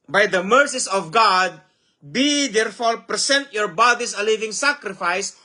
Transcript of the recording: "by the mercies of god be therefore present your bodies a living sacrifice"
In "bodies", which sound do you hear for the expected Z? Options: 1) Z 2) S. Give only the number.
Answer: 2